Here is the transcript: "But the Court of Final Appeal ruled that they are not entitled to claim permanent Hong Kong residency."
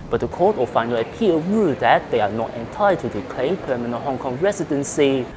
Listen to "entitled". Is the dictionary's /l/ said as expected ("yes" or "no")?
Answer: no